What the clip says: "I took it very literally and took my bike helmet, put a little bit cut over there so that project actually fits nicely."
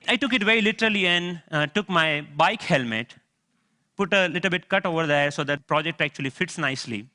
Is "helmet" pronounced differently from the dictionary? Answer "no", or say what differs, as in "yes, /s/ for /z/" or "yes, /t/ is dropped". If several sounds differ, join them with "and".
no